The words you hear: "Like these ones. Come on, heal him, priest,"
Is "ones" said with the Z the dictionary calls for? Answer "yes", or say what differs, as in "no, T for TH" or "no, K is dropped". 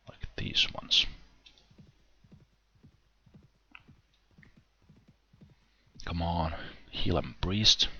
no, S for Z